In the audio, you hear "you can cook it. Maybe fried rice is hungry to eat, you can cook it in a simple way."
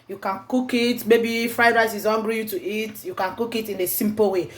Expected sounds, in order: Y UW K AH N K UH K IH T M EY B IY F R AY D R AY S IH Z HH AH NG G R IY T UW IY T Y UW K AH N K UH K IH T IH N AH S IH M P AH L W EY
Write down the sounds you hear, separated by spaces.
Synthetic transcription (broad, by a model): Y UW K AH N K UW K IH T M EY B IY F R AY D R AY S IH Z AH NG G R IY T UW IY T Y UW K AH N K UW K IH T IH N AH S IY M P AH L W EY